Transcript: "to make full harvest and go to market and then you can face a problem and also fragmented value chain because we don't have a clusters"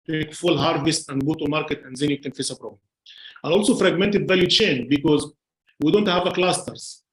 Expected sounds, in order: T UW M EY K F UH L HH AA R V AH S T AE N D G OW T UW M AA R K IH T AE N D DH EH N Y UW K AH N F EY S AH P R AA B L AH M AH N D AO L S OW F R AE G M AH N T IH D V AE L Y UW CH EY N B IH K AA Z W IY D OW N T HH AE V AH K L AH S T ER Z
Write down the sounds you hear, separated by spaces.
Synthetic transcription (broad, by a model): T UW M EY K F UH L HH AA R V AH S T AE N D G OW T UW M AA R K IH T AE N D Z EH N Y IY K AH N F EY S AH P R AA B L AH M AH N AO L S OW F R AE G M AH N T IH D V AE L Y UW CH EY N B IH K AA Z W IY D OW N T HH AE V AH K L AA S T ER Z